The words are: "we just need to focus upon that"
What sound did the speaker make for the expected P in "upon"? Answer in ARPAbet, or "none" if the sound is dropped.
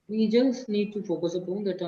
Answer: P